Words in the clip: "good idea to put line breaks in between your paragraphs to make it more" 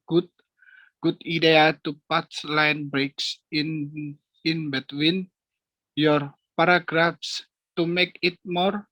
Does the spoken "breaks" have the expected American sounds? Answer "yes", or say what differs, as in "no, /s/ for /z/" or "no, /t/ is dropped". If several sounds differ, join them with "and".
yes